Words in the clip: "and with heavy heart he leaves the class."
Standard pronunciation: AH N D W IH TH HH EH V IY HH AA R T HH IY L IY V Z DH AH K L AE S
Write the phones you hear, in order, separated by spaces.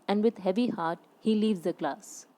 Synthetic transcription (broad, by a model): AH N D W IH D HH EH V IY HH AA R T HH IY L IY V Z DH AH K L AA S